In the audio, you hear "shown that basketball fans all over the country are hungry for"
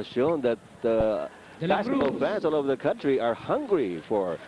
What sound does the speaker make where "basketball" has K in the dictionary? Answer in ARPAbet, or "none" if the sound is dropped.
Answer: none